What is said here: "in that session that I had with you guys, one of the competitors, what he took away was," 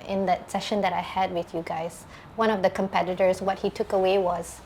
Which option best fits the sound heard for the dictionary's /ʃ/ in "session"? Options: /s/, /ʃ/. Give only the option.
/ʃ/